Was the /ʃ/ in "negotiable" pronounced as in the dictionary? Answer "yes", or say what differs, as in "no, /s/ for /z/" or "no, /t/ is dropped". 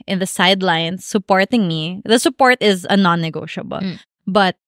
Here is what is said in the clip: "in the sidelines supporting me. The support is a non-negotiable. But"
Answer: yes